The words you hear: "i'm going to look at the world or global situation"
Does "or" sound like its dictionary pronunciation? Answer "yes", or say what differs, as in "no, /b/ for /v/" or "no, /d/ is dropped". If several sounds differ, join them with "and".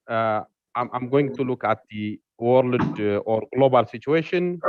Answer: yes